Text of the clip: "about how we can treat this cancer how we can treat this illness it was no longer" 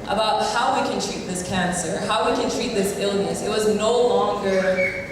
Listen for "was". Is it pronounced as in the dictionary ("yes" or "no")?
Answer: yes